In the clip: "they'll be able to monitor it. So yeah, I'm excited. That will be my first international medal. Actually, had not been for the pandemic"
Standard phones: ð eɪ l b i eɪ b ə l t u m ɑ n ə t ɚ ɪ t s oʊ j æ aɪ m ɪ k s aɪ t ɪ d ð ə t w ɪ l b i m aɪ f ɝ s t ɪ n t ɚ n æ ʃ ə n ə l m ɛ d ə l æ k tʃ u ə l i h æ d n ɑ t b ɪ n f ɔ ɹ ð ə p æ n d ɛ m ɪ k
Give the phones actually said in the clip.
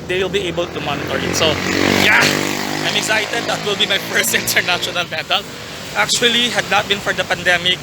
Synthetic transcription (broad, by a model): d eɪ l b i eɪ b ə l t u m ɑ n ə t ɚ ɪ t s oʊ j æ aɪ m ɪ k s aɪ t ɪ d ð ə t w ɪ l b i m aɪ p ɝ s ɪ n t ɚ n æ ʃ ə n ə l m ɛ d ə l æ k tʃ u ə l i h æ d n ɑ t b ɪ n f ɔ ɹ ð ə p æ n d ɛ m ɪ k